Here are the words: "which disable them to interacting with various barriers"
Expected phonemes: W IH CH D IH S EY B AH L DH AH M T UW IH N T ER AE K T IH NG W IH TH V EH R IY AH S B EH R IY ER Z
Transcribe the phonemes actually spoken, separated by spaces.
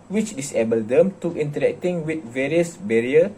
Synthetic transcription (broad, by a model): W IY CH D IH S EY B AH L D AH M T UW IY N T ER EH K T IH NG W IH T V EH R IY AH S B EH R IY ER